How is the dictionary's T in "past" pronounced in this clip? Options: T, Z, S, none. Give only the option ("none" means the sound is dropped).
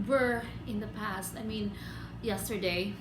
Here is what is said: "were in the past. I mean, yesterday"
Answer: T